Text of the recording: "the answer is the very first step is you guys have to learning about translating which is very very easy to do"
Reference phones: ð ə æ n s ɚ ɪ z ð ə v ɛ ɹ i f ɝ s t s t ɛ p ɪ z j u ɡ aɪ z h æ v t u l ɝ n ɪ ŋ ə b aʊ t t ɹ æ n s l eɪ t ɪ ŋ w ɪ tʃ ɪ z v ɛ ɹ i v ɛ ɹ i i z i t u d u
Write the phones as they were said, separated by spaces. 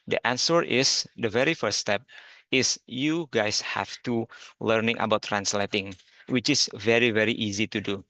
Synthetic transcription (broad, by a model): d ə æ n s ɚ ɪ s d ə v ɛ ɹ i f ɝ t s t ɛ p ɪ s j u ɡ aɪ s h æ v t u l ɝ n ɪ ŋ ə b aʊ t t ɹ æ n s l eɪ t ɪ ŋ w ɪ tʃ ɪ s v ɛ ɹ i v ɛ ɹ i i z i t u d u